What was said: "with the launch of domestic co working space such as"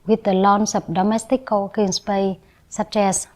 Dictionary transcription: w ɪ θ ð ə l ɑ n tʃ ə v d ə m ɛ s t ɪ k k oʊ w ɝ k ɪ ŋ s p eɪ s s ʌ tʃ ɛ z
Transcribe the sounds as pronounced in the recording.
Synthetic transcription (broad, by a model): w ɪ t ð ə l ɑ n s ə p d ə m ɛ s t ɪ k k oʊ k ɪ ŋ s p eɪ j s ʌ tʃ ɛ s